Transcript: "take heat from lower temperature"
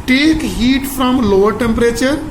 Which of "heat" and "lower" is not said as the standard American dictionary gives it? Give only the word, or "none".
none